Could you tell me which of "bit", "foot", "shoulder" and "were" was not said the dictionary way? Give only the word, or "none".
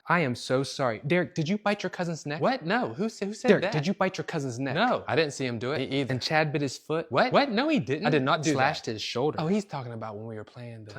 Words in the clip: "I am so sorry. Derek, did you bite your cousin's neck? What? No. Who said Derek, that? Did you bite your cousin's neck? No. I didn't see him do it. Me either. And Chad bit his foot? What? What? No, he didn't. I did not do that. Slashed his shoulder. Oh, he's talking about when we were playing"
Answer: none